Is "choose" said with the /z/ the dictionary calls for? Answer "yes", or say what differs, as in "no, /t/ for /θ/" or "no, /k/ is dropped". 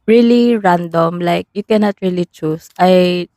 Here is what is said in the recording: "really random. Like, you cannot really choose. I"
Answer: no, /s/ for /z/